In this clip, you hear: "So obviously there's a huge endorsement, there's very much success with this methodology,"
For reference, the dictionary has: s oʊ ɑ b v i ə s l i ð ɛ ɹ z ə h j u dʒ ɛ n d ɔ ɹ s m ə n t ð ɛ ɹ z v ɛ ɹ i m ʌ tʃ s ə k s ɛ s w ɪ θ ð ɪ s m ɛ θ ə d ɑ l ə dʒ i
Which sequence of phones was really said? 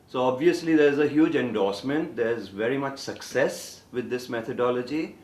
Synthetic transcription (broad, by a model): s oʊ ɑ b v i ə s l i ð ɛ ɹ z ə h j u dʒ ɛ n d ɔ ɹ s m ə n t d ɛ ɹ z v ɛ ɹ i m ʌ tʃ s ə k s ɛ s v ɪ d ɪ s m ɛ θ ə d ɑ l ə dʒ i